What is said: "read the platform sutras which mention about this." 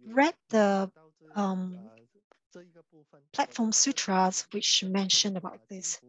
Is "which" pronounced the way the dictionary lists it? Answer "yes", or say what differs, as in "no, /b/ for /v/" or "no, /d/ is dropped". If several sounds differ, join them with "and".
yes